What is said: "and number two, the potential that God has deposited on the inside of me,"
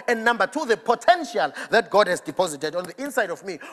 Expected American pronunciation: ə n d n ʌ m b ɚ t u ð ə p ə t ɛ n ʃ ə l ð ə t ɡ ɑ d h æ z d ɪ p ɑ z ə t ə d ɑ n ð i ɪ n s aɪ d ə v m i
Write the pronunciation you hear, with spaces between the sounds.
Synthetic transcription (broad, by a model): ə n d n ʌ m b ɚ t u ð ə p ə t ɛ n ʃ ə l ð ə t ɡ ɑ d h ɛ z d ɪ p ɑ z ə t ə d ɑ n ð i ɪ n s aɪ d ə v m i